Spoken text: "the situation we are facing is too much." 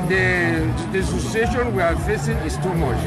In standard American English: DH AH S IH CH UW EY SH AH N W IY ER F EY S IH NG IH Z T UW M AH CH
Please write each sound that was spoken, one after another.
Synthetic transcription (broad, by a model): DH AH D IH S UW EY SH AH N W IY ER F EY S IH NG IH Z T UW M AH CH